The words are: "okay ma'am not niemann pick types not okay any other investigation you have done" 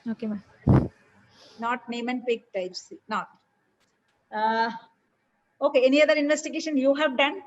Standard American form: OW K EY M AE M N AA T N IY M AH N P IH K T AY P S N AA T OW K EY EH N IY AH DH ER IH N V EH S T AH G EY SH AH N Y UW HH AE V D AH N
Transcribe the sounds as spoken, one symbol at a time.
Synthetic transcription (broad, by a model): OW K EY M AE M N AA T N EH M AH N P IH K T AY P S N AA T OW K EY EH N IY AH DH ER IH N V EH S T AH G EY SH AH N Y UW HH AE V D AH N